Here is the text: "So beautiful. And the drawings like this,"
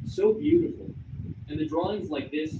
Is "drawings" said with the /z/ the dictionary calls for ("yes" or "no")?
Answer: yes